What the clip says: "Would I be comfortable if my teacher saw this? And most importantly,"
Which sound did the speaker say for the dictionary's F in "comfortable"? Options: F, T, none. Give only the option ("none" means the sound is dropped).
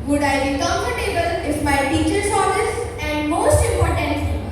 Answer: none